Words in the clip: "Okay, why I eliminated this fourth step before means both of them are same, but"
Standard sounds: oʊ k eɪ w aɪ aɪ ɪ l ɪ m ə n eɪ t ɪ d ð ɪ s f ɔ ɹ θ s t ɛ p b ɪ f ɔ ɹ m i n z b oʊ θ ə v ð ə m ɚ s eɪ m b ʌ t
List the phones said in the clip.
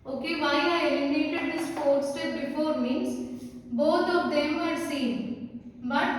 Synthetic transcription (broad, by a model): oʊ k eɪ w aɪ aɪ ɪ ɪ ə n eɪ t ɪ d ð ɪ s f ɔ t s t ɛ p b ɪ f ɔ ɹ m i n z b oʊ t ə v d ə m ɚ s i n b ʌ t